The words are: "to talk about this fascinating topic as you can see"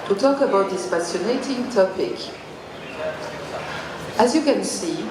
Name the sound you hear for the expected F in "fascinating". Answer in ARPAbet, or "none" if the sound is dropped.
P